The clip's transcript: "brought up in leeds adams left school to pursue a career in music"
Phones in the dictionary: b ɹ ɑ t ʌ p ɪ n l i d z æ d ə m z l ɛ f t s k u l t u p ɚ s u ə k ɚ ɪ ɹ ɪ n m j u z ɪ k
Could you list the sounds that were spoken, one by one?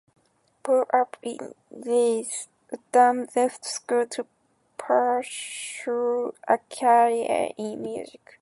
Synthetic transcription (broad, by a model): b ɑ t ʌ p ɪ n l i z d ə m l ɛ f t s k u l t u p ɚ ʃ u ə k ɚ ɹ ɪ n m j u z ɪ k